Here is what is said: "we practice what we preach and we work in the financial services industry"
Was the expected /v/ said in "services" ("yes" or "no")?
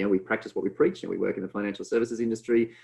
yes